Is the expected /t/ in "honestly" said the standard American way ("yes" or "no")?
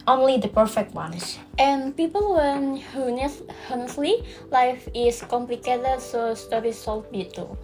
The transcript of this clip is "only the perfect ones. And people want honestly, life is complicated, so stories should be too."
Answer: no